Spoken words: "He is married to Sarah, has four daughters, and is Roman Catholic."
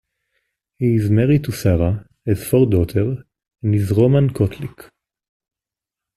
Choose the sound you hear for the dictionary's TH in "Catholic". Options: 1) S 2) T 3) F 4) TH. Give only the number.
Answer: 2